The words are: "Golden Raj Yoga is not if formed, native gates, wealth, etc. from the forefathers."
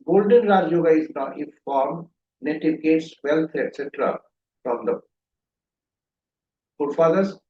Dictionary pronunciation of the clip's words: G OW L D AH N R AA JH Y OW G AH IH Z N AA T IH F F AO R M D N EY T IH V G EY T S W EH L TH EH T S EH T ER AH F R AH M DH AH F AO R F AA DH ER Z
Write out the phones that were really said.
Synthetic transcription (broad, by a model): G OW L D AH N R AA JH Y OW G AH IH Z N AA T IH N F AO R M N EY T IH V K EY T S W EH L T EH T S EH T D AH P R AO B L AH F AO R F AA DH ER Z